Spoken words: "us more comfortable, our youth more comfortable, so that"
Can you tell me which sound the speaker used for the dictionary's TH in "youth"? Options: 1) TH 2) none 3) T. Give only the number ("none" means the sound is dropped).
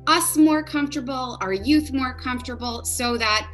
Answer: 1